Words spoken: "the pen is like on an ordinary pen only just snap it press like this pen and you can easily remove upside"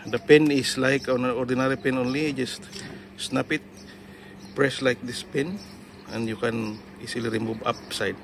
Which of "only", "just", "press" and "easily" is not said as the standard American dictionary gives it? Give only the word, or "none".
easily